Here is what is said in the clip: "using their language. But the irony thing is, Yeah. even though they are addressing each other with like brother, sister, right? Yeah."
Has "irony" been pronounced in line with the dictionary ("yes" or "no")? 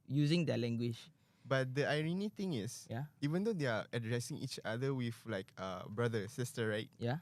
yes